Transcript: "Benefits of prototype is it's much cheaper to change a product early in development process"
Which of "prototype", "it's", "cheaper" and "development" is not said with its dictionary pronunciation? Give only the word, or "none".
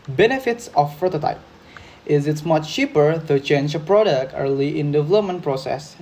prototype